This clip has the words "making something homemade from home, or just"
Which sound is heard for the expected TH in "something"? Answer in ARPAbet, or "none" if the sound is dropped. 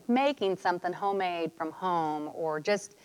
TH